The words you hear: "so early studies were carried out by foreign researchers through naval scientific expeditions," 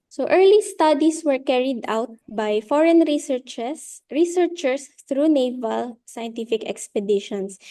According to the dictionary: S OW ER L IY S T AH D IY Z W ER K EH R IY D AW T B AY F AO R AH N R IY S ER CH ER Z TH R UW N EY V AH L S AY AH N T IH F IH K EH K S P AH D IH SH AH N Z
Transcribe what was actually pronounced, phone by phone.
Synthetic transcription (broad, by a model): S OW ER L IY S T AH D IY S W ER K EH R IY D AW T B AY F AO R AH N R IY S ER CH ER S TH R UW N EY V AH L S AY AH N T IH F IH K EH K S P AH D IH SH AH N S